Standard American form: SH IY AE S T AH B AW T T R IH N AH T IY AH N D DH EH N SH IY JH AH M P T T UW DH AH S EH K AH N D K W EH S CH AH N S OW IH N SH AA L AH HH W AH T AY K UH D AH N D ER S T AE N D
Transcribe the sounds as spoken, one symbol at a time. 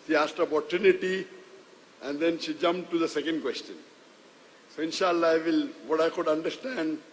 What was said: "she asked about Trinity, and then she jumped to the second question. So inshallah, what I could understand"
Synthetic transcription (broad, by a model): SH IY AE S T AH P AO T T UW N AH T IY AH N D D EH N SH IY JH AH M P T T UW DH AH S EH K AH N D K W EH S CH AH N S OW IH N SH AA L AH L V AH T AY K UH D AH N D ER S T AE N D